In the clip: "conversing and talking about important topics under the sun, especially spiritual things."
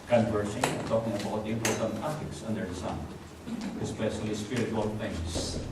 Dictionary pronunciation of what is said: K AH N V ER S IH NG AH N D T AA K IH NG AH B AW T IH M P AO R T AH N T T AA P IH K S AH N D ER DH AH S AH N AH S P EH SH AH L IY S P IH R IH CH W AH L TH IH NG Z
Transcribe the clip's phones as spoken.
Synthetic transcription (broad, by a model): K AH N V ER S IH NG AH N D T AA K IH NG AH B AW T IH P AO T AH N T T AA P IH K S AH N D ER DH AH S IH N AH S P EH SH AH L IY S P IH R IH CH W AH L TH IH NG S